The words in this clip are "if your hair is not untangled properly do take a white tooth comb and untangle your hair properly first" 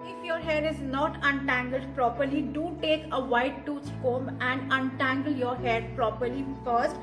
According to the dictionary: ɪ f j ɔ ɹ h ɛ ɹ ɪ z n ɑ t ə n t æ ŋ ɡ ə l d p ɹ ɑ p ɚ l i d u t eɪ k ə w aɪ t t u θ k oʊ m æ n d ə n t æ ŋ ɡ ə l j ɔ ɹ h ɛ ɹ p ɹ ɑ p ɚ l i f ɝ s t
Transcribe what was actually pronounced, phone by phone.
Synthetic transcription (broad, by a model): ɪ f j ɔ ɹ h ɛ ɹ ɪ z n ɑ t ə n t æ ŋ ɡ ə l d p ɹ ɑ p ɚ l i d u t eɪ k ə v aɪ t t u s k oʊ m æ n d ə n t æ ŋ ɡ ə l j ɔ ɹ h ɛ ɹ p ɹ ɑ p ɚ l i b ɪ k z